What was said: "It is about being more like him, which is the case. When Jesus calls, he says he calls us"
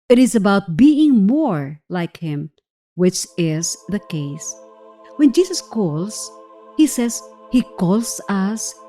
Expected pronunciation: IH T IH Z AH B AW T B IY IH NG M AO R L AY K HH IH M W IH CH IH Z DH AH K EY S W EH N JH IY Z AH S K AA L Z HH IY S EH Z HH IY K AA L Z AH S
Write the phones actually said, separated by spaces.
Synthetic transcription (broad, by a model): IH T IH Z AH B AW T B IY IH NG M AO R L AY K HH IH M W IH CH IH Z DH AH K EY S W EH N JH IY S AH S K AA L S HH IY S EH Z HH IY K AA L S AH S